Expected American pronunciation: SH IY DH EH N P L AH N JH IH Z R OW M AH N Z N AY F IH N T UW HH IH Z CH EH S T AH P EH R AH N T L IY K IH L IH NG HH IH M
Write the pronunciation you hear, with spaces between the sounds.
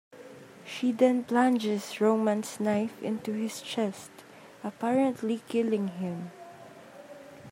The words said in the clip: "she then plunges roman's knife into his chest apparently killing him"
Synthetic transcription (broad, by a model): SH IY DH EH N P L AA N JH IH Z R OW M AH N S N AY F IH N T UW HH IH S CH EH S T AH P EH R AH N T L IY K IH L IH NG HH IH M